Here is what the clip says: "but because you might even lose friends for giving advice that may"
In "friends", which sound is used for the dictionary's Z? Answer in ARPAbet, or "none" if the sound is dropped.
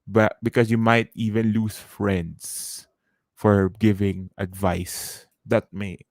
S